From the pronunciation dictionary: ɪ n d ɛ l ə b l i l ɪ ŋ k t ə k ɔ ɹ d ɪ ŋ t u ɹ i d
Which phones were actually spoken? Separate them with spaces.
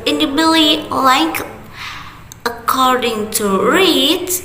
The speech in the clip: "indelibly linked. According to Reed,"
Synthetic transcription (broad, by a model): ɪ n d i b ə l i l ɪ k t ə k ɔ ɹ d ɪ ŋ t u ɹ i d